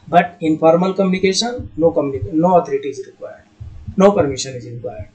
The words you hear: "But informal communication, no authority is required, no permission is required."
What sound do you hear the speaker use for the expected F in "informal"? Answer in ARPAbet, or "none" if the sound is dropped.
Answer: P